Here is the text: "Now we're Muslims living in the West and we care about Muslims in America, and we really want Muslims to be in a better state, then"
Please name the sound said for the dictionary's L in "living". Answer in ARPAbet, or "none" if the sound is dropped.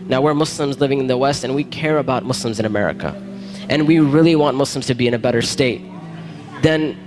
L